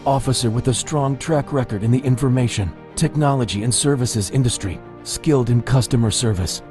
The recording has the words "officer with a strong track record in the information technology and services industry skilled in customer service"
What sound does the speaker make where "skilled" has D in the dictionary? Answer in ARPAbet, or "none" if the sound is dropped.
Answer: D